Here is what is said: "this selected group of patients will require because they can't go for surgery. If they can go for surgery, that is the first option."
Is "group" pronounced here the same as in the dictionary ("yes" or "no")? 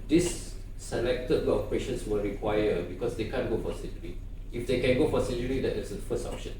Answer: no